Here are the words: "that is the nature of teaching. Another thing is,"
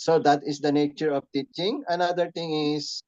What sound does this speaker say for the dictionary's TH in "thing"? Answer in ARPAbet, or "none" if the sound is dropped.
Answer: T